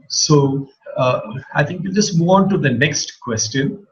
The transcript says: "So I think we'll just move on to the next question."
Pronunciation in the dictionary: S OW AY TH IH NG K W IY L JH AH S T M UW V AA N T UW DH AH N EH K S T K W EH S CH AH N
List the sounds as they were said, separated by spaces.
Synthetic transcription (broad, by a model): S OW AY T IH NG K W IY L JH AH S T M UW AA N T UW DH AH N EH K S T K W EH S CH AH N